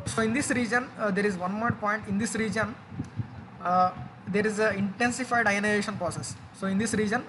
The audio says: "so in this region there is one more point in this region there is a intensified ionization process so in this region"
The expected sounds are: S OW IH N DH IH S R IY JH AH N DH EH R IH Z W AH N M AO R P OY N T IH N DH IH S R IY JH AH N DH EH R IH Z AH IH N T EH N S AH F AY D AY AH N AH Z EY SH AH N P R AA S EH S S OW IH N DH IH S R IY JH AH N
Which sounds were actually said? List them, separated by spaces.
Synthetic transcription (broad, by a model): S OW IH N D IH S R IY JH AH N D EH R IH Z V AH N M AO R P OY N T IH N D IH S R IY JH AH N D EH R IH Z AH IH N T EH N S AH F AY D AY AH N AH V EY SH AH N P R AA S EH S S OW IH N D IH S R IY JH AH N